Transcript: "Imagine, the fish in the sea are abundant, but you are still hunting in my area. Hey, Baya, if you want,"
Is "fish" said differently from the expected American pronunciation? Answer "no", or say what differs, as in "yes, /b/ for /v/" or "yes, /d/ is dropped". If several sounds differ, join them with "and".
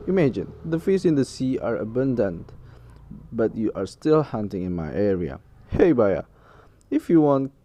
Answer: yes, /s/ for /ʃ/